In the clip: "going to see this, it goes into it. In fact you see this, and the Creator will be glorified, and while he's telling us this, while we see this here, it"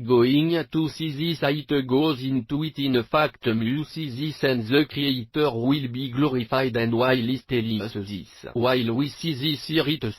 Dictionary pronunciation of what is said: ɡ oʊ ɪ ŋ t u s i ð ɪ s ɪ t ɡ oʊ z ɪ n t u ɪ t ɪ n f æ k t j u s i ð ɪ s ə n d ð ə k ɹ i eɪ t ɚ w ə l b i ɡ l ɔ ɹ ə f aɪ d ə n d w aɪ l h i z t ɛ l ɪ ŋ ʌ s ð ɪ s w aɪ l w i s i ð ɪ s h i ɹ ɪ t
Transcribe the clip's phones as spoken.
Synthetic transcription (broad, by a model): ɡ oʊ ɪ ŋ t u s i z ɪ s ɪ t ɡ oʊ z ɪ n t u ɪ t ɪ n f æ k t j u s i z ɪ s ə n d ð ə k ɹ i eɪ t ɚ w ə l b i ɡ l ɔ ɹ ə f aɪ d ə n d w aɪ l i s t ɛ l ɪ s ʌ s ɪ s w aɪ l w i s i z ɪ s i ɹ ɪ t